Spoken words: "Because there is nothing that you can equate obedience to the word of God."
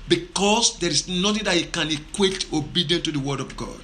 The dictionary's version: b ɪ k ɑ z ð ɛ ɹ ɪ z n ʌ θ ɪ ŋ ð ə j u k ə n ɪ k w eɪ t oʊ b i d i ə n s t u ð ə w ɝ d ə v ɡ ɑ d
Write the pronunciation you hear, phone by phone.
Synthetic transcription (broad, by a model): b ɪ k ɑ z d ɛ ɹ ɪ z n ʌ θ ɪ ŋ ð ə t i k ə n ɪ k w eɪ t oʊ b i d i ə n t u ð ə w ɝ d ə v ɡ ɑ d